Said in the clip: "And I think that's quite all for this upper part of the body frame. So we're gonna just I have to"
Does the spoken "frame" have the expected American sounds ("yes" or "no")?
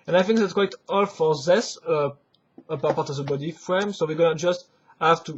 yes